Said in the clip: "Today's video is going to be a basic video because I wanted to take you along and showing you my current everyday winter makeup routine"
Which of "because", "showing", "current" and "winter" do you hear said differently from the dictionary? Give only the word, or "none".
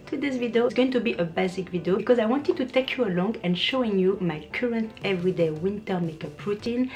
none